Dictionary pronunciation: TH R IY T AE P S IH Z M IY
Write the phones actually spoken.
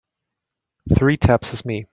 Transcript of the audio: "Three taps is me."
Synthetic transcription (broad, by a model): TH R IY T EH P S IH Z M IY